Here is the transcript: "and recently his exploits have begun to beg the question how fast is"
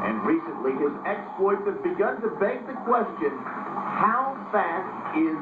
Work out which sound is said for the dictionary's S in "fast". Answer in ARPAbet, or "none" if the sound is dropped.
none